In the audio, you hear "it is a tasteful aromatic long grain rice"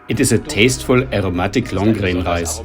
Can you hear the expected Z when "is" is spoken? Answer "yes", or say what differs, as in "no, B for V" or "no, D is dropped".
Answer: no, S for Z